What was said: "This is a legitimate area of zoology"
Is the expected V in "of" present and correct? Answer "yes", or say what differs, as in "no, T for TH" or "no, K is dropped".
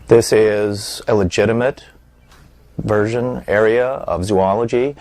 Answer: yes